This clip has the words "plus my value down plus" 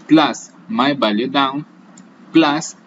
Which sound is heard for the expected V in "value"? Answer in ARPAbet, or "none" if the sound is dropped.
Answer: B